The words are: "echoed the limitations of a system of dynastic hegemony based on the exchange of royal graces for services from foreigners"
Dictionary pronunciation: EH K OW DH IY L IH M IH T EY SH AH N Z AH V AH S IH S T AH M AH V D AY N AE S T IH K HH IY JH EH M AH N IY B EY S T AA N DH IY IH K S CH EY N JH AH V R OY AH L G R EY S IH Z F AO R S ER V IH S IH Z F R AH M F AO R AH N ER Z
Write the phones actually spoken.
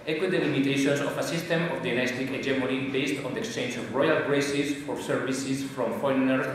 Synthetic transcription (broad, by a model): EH K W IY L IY M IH T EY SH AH N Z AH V AH S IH S T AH M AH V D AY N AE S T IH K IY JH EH M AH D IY B EY S T AA N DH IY IH K S CH EY N JH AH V R OY AH L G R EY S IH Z F AO R S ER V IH S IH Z F R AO M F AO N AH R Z